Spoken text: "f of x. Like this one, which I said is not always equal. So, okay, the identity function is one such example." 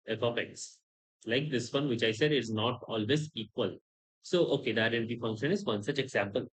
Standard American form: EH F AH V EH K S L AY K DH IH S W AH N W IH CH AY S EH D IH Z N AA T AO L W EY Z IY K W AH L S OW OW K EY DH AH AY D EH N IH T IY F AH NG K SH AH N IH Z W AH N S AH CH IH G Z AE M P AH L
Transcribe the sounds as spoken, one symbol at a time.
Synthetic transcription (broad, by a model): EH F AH P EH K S L AY K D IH S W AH N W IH CH AY S EH D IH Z N AA T AO L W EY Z IY K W AH L S OW OW K EY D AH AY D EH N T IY F AH NG K SH AH N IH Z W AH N S AH CH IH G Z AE M P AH L